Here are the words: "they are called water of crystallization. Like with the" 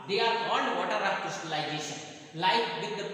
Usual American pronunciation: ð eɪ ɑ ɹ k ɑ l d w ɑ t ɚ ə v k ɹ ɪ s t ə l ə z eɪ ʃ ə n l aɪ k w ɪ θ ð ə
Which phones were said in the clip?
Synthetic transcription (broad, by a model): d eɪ ɑ ɹ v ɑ n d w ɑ t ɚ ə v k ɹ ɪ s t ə l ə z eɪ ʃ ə n l aɪ k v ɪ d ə